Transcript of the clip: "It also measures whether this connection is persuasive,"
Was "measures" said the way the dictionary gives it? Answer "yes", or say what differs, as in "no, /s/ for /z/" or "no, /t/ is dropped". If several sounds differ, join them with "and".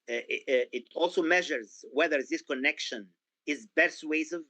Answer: yes